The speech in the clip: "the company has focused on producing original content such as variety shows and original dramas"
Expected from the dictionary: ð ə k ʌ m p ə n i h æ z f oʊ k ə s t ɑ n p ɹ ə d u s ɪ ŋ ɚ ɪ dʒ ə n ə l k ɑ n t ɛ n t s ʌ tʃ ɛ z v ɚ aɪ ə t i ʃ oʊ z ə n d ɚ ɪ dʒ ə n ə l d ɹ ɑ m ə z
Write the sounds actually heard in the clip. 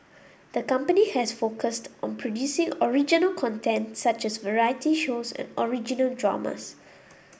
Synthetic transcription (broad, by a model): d ə k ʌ m p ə n i h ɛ s f oʊ k ə s t ɑ n p ɹ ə d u s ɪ ŋ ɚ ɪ dʒ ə n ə l k ɑ n t ɛ n t s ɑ tʃ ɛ s v ɚ aɪ ə t i ʃ oʊ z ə n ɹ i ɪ dʒ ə n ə l d ɹ ɑ m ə s